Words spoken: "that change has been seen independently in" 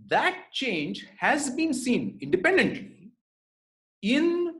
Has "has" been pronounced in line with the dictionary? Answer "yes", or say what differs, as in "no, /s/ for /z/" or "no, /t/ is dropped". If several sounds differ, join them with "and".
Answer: yes